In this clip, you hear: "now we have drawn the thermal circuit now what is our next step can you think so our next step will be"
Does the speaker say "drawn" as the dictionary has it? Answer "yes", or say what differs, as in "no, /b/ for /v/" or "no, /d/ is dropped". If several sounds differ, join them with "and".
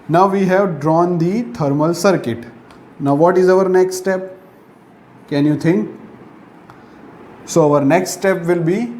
yes